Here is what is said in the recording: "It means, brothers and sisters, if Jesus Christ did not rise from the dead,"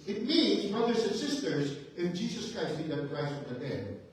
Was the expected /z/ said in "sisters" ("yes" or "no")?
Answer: yes